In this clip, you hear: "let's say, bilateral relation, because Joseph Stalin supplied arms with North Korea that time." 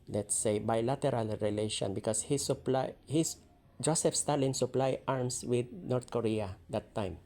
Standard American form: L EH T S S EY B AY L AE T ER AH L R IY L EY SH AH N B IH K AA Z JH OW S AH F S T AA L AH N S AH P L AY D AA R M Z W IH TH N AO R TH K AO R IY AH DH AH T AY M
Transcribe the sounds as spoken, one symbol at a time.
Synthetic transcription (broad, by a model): L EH T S S EY B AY L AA T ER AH L R IY L EY SH AH N B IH K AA S JH OW S AH F S T AA L AH N S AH P L AY AA R M S W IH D N AO R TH K AO R IY AH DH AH T AY M